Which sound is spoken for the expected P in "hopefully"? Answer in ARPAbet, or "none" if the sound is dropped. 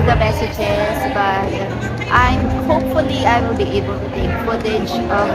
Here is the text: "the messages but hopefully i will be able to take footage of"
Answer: P